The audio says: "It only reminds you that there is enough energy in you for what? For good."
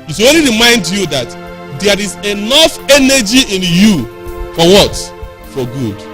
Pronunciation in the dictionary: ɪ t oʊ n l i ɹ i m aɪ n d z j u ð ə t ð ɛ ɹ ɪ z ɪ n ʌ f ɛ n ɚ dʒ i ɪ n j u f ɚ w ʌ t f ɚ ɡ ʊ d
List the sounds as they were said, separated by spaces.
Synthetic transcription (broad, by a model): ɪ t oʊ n l i ɹ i m aɪ n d j u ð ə t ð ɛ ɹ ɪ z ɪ n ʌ f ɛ n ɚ dʒ i ɪ n j u f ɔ w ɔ t f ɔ ɡ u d